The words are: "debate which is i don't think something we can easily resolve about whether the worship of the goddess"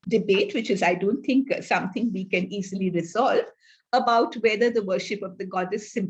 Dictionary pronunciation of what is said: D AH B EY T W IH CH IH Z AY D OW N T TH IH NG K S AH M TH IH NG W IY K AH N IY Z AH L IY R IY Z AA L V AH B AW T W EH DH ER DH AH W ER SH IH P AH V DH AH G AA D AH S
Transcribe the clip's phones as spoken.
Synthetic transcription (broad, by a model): D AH B EY T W IH CH IH Z AY D OW N T T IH NG K S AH M T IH NG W IY K AH N IY Z AH L IY R IY Z AA L V AH B AW T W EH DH ER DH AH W ER SH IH P AH V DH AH G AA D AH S